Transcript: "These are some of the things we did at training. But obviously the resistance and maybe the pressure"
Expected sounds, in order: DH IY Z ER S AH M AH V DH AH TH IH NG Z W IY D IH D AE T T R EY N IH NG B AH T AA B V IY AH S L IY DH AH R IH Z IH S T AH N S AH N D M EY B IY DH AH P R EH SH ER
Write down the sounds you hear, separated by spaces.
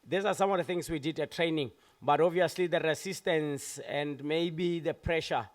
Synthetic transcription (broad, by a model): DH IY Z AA S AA M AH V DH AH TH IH NG S W IY D IH D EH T T R EY N IH NG B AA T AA V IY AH S L IY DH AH R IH S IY S T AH N S AH N D M EY B IY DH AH P R EH SH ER